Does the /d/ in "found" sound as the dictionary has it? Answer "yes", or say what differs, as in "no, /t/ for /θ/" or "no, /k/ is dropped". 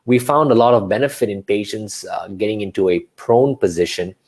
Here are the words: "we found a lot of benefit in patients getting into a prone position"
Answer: yes